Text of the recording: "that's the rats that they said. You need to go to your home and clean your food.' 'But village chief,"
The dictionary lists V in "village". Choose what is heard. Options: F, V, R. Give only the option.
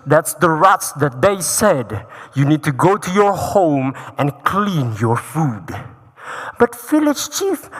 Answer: F